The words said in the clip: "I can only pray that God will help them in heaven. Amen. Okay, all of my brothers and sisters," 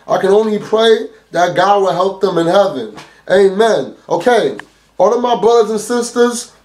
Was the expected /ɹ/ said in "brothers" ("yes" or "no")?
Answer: yes